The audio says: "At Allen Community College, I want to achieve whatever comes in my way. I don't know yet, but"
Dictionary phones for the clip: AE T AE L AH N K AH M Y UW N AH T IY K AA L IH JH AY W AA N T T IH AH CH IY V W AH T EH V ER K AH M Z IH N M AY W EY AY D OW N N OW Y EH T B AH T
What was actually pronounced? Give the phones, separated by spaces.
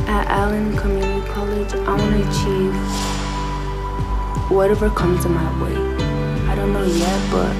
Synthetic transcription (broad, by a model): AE T AE L AH N K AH M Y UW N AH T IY K AA L IH JH AY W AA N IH AH CH IY V W AH T EH V ER K AH M Z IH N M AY W EY AY D OW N N OW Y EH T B AH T